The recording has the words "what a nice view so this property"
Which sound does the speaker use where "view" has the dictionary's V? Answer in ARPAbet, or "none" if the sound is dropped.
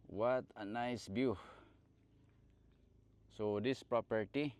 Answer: B